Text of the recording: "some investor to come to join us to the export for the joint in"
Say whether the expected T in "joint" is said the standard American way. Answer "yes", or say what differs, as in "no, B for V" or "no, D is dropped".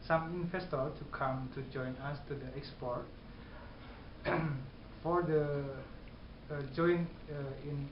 no, T is dropped